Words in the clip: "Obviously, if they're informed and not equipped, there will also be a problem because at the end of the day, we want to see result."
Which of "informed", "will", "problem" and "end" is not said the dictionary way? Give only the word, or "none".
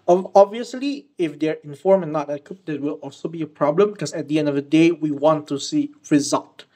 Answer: informed